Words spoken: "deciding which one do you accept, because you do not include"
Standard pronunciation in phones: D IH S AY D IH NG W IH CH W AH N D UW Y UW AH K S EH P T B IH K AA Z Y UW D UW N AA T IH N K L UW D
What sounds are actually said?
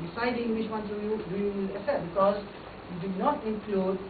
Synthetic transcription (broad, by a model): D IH S AY D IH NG W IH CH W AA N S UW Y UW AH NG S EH T B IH K AA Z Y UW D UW N AA T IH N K L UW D